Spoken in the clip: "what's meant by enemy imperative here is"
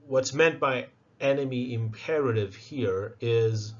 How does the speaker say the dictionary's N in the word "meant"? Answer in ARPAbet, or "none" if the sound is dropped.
N